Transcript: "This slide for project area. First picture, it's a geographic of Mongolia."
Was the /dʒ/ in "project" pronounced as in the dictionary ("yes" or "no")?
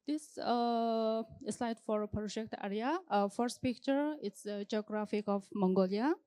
no